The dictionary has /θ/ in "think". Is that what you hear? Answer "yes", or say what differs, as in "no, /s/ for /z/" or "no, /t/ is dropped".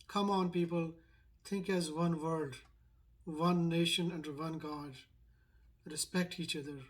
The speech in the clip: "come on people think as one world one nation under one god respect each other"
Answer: no, /t/ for /θ/